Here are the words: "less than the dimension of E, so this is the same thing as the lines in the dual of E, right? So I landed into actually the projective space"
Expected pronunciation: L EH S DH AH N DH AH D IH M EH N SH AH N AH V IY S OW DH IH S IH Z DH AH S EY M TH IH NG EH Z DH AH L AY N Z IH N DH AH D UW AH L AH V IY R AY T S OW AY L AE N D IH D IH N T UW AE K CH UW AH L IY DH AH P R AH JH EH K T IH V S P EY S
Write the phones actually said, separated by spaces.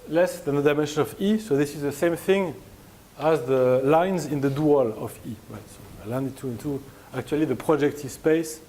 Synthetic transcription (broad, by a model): L EH S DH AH N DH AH D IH M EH N SH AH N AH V IY S OW DH IH S IH Z DH AH S EY M TH IH NG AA Z DH AH L AY N Z IH N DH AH D UW AH L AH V IY R AY T S OW AY L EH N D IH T IH N T UW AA K CH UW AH L IY DH AH P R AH JH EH K T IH S P EY S